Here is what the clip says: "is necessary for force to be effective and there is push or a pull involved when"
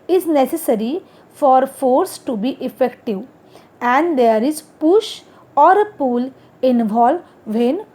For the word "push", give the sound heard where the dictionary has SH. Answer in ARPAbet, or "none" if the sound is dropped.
SH